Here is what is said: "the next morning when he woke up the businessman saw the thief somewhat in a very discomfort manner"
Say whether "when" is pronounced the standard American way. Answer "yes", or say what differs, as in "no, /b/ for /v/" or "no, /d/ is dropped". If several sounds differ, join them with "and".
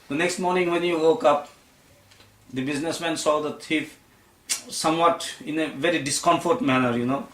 yes